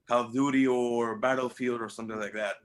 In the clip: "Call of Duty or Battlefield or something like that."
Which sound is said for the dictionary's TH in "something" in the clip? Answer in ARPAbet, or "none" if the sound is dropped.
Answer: TH